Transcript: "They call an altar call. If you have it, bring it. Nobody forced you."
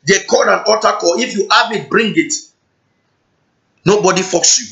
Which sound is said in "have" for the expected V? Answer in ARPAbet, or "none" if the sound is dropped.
B